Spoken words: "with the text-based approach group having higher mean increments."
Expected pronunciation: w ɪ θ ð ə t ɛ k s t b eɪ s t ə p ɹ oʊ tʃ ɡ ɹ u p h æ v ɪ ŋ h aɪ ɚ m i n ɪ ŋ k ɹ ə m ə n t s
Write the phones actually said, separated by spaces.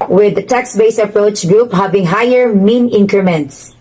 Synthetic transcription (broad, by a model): w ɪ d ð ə t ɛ k s b eɪ s ə p ɹ oʊ tʃ ɡ ɹ u p h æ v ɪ ŋ h aɪ ɚ m i n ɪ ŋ k ɹ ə m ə n t s